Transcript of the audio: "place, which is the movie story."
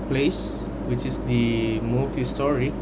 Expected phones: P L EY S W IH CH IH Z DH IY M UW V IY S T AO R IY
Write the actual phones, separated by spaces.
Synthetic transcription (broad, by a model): P L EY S W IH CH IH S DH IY M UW F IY S T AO R IY